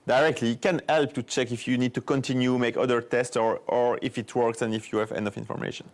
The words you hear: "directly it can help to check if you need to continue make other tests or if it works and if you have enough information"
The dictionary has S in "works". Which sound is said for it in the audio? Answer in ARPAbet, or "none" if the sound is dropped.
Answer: S